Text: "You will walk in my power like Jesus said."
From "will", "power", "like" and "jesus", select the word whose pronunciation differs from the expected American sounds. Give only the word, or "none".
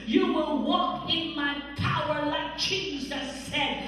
jesus